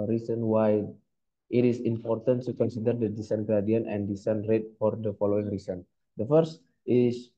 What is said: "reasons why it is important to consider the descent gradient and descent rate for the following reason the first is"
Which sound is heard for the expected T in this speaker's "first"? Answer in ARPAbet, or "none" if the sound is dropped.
T